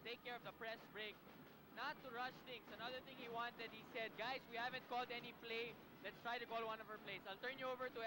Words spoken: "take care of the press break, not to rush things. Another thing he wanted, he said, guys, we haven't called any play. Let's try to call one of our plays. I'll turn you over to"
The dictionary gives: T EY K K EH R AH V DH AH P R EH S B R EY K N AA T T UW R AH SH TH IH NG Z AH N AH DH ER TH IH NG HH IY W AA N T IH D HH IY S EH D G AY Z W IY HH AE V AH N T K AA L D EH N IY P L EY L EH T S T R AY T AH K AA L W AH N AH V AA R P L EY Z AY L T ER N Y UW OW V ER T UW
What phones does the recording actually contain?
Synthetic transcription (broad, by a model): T EY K K EH R AH V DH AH P R EH S B R EY K N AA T T UW R AH SH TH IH NG S AH N AH DH ER TH IH NG HH IY W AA N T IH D HH IY S EH D G AY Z W IY HH AE V AH N T K AA L D EH N IY P L EY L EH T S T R AY T AH K AA L W AH N AH V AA R P L EY S AY L T ER N Y UW OW V ER T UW